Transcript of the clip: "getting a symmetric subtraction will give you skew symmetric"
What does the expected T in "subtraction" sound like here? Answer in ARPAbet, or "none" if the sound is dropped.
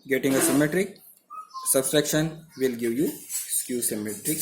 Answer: S